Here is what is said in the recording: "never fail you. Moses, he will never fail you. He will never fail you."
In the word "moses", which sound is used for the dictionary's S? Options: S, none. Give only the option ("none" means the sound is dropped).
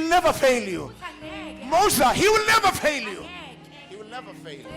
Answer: none